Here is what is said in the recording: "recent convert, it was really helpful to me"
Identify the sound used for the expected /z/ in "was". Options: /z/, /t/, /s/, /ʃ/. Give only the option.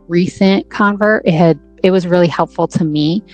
/z/